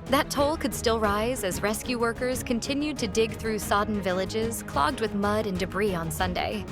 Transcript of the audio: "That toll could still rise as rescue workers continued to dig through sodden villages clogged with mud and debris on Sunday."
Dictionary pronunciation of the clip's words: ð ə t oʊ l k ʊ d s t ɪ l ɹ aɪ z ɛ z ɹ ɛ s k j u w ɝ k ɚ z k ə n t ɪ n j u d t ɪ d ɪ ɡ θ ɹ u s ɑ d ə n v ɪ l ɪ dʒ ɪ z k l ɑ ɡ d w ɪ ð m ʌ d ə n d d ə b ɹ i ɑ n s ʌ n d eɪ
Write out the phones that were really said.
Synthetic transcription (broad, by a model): ð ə t oʊ l k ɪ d s t ɪ l ɹ aɪ z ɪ z ɹ ɛ s k j u w ɝ k ɚ z k ə n t ɪ n j u d t ɪ d ɪ ɡ θ ɹ u s ɑ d n v ɪ l ɪ dʒ ɪ z k l ɑ ɡ d w ɪ ð m ʌ d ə n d d ə b ɹ i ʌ n s ʌ n d eɪ